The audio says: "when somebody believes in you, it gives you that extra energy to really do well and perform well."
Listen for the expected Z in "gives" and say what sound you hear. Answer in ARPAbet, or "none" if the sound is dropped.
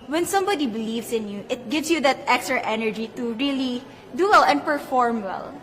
S